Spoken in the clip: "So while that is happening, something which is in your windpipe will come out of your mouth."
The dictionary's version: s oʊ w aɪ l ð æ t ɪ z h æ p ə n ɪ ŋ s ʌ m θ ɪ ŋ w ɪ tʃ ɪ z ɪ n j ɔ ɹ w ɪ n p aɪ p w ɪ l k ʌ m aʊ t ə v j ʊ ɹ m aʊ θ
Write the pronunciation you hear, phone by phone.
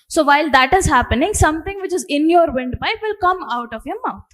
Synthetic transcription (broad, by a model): s oʊ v aɪ l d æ t ɪ z h æ p ə n ɪ ŋ s ʌ m t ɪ ŋ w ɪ tʃ ɪ z ɪ n j ɔ ɹ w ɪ n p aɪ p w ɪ l k ʌ m aʊ t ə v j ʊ m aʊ